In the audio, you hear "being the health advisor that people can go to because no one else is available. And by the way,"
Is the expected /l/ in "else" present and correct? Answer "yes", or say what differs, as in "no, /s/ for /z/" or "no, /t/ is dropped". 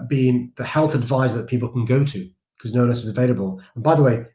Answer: no, /l/ is dropped